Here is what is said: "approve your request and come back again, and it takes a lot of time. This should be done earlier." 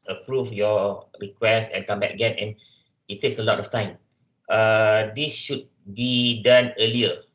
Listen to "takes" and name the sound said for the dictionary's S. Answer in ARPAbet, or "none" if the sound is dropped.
S